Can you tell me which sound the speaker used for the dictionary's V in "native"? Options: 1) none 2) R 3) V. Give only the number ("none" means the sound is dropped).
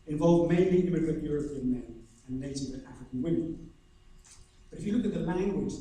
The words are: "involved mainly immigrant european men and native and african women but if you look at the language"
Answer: 1